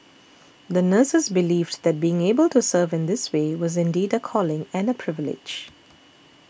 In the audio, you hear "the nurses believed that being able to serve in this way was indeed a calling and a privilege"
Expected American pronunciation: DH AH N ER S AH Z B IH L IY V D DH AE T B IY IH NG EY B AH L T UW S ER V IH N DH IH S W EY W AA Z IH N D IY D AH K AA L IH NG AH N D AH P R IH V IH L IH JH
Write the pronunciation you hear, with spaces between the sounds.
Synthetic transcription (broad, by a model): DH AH N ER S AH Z B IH L IY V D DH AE T B IY IH NG EY B AH L T UW S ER V IH N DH IH S W EY W AA Z IH N D IY D AH K AA L IH NG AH N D AH P R IH V IH L IH JH